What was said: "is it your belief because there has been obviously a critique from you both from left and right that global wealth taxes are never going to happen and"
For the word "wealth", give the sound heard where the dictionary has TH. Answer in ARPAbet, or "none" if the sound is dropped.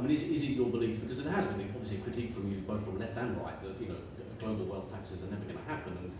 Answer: TH